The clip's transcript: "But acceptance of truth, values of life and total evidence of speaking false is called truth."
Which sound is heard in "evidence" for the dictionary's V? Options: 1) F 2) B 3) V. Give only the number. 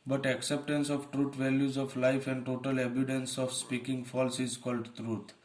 2